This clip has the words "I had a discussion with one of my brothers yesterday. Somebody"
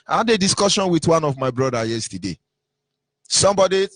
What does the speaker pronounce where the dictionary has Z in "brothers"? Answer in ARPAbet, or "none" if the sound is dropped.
none